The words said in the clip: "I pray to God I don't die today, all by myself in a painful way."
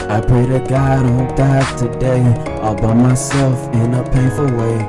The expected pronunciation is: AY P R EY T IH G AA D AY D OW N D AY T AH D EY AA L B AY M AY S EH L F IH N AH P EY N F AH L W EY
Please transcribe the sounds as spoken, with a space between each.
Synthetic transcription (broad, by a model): AY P EY T IH G AA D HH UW D AY T AH D EY AA L B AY M AY S EH L F IH N AH P EY N F AH L W EY